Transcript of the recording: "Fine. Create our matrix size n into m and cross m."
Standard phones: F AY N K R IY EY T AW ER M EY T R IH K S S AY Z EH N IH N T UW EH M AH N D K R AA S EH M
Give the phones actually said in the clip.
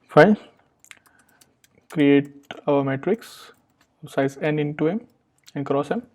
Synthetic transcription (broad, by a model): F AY K R IY EY T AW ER M EY T R IH K S S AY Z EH N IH N T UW EH M AH N D K R AA S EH M